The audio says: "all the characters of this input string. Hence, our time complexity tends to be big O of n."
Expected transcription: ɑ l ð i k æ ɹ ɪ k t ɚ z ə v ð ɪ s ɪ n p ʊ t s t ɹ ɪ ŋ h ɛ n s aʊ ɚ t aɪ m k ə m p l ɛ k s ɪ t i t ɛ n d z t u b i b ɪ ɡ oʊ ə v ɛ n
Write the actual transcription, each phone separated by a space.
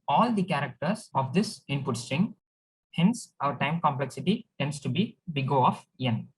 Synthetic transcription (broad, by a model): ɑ l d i k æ ɹ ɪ k t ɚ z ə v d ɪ s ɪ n p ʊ t s t ɹ ɪ ŋ h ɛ n s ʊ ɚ t aɪ m k ə m p l ɛ k s ɪ t i t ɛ n d s t u b i b ɪ ɡ oʊ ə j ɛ n